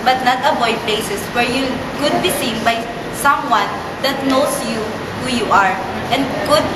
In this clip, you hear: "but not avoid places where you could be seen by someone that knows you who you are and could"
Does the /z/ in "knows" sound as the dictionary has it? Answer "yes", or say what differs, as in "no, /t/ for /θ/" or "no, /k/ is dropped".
no, /s/ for /z/